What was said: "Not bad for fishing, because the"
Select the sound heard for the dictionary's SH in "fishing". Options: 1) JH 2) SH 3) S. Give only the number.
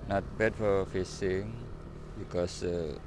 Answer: 3